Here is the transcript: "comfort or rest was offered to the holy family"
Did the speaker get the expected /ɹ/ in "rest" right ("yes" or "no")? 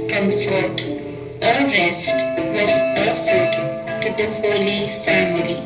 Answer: yes